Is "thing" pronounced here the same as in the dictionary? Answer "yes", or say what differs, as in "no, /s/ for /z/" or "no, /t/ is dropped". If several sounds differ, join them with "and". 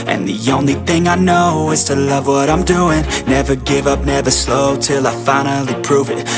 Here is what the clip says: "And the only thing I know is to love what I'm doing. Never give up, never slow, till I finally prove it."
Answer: yes